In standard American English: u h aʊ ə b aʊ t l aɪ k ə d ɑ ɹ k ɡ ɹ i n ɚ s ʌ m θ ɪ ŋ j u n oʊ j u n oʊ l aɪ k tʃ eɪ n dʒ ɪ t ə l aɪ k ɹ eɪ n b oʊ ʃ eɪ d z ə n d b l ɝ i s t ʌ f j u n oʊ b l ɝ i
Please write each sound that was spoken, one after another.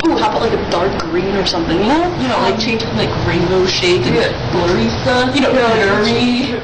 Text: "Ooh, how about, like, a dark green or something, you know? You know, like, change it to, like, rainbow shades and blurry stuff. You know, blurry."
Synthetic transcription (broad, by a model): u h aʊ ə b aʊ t l aɪ k ə d ɑ ɹ k ɡ ɹ i n ɚ s ʌ m θ ɪ ŋ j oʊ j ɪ n oʊ l aɪ k tʃ eɪ n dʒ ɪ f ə l aɪ k ɹ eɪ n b oʊ ʃ eɪ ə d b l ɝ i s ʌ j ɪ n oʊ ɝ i